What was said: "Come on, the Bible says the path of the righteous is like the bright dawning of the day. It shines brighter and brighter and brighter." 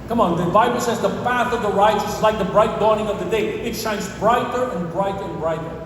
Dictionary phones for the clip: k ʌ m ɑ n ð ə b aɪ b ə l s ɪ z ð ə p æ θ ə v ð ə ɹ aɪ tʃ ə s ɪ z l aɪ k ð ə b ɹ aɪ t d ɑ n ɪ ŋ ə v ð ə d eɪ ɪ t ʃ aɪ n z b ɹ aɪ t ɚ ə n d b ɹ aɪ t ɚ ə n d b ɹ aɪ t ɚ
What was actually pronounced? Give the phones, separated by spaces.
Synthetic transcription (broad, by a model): k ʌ m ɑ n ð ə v aɪ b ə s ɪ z ð ə p æ θ ə v ð ə ɹ aɪ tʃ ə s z l aɪ k ð ə b ɹ aɪ t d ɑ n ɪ ŋ ə v ð ə d eɪ ɪ t ʃ aɪ n z b ɹ aɪ t ɚ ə n b ɹ aɪ t ɚ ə n b ɹ aɪ t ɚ